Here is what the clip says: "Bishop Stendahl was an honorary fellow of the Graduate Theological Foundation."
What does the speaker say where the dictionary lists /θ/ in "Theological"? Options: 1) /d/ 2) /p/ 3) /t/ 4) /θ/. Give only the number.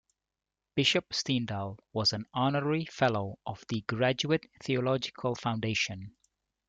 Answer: 4